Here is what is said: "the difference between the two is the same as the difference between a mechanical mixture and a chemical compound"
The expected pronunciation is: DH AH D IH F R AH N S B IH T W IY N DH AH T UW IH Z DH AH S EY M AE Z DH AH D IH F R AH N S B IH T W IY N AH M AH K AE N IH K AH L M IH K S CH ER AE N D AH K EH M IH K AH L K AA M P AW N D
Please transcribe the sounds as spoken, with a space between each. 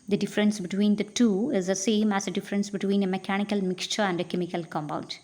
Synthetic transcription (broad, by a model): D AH D IH F R AH N S B IH T W IY N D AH T UW IH Z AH S EY M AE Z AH D IH F R AH N S B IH T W IY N AH M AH K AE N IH K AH L M IH K S CH ER AE N D AH K EH M IH K AH L K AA M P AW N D